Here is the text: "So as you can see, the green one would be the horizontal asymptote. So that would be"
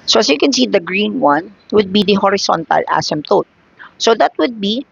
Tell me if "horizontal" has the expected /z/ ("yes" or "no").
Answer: no